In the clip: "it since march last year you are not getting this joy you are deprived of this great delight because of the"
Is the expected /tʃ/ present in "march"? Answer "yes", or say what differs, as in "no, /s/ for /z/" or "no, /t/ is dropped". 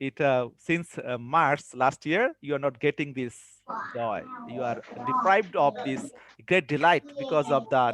no, /s/ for /tʃ/